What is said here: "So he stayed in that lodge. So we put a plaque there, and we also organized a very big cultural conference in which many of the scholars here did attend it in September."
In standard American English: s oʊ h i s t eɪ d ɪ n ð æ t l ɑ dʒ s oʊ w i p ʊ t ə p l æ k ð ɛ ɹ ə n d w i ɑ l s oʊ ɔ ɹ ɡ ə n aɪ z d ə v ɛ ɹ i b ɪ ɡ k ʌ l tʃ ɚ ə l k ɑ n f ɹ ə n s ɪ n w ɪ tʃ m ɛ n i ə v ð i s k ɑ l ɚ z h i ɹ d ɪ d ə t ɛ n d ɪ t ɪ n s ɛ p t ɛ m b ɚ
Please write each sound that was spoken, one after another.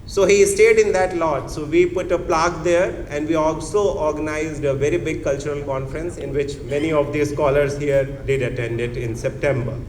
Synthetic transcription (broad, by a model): s oʊ h i s t eɪ d ɪ n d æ t l ɑ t s oʊ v i p ʊ t ə p l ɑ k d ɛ ɹ ə n d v i ɑ l s oʊ ɔ ɹ ɡ ə n aɪ z d ə v ɛ ɹ i b ɪ ɡ k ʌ l tʃ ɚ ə l k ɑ n f ɹ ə n s ɪ n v ɪ tʃ m ɛ n i ə v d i s k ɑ l ɚ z h i ɹ d ɪ d ə t ɛ n d ɪ t ɪ n s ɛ p t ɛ m b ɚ